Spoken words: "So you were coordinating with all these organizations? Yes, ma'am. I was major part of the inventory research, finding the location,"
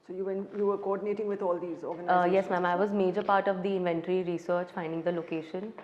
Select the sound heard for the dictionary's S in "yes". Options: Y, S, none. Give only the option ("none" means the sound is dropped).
S